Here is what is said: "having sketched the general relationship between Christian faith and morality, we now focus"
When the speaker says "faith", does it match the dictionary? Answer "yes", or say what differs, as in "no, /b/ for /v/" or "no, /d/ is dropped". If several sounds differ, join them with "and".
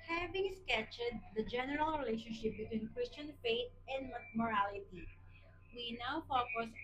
no, /t/ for /θ/